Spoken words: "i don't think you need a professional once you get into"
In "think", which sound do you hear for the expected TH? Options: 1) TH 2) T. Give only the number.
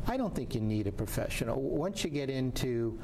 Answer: 1